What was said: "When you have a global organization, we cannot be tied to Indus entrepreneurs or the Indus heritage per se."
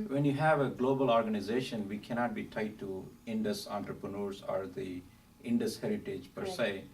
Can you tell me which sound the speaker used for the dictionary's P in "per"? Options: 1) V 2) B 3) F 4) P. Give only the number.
4